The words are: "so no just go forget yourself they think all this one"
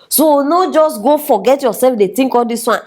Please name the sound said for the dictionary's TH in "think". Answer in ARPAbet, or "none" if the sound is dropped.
T